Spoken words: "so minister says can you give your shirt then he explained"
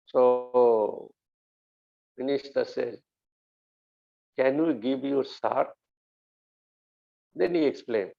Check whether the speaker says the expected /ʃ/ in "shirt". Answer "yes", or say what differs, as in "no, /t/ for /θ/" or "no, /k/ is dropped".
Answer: no, /s/ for /ʃ/